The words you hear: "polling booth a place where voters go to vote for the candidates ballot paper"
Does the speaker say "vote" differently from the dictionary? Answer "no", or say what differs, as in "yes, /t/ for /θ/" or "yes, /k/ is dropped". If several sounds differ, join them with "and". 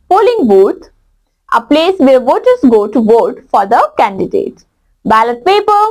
no